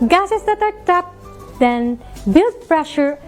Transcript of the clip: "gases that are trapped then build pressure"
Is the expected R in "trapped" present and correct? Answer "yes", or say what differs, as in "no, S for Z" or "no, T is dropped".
no, R is dropped